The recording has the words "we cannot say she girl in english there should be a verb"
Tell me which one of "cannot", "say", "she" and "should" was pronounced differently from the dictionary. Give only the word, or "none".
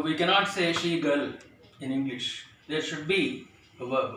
none